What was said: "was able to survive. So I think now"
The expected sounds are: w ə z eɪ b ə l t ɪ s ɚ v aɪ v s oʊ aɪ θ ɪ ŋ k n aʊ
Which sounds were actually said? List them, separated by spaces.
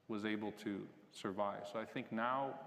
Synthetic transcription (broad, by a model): w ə z eɪ b l t ɪ s ɚ v aɪ v s oʊ aɪ θ ɪ ŋ k n aʊ